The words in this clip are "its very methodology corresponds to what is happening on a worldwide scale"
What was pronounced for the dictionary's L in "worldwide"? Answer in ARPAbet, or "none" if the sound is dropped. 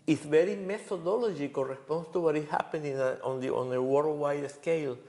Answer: W